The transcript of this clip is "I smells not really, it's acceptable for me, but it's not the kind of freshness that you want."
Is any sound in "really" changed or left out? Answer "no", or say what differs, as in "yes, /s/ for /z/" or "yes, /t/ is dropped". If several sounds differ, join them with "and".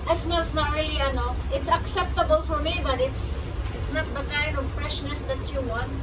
yes, /l/ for /ɹ/ and /n/ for /l/